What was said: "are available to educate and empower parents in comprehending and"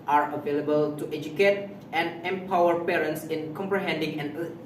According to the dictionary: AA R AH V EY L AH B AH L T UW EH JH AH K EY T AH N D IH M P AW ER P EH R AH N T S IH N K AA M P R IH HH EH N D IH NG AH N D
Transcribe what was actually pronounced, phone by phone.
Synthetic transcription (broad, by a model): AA R AH V EY L AH B AH L T UW EH JH AH K EY T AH N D IH M P AW ER P EH R AH N T S IH N K AA M P R IH HH EH N D IH NG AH N